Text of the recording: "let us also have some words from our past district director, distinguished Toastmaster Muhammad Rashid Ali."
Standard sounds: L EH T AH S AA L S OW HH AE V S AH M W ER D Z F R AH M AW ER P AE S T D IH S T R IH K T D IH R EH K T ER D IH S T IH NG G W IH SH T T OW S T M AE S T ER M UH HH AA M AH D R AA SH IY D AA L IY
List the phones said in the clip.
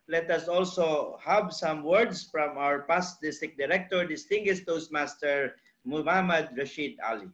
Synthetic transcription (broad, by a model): L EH T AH S AA L S OW HH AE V S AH M W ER D S F R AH M AW ER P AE S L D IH S T IH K D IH R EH K T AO D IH S T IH NG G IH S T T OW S M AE S T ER M UH HH AA M AH D R AA SH IY D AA L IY